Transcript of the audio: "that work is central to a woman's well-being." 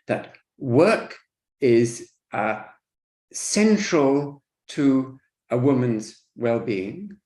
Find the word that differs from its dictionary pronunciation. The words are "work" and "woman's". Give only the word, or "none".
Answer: none